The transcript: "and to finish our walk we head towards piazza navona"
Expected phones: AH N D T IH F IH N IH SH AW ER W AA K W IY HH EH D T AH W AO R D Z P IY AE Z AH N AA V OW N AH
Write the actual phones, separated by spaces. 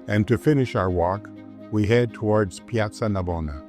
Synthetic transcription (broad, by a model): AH N T IH F IH N IH SH AW ER W AA K W IY HH EH D T AH W AO R D Z P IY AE S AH N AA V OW N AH